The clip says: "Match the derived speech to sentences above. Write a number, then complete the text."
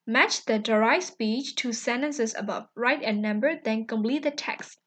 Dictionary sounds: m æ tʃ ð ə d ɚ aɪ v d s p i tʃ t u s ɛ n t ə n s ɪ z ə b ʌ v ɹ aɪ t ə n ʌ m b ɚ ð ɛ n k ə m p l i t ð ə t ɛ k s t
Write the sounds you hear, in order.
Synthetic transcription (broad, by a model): m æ tʃ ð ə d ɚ aɪ s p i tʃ t u s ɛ n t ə n s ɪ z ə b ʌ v ɹ aɪ t ə n ʌ m b ɚ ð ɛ n k ə m p l i t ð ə t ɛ k s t